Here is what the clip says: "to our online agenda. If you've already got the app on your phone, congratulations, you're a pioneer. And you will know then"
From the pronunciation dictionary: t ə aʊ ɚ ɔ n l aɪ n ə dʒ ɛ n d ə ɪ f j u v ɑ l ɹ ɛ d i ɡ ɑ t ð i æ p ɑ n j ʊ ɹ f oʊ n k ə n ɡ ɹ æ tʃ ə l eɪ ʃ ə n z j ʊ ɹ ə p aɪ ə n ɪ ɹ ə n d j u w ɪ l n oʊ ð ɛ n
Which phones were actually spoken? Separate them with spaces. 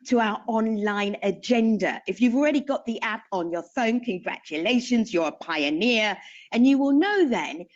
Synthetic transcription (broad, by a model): t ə aʊ ɚ ɔ n l aɪ n ə dʒ ɛ n d ə ɪ f j u v ɑ l ɹ ɛ d i ɡ ɑ t ð i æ p n j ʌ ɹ f oʊ n k ə n ɡ ɹ æ tʃ ə l eɪ ʃ ə n z j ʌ ɹ ə p aɪ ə n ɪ ɹ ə n j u w ɪ l n oʊ ð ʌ n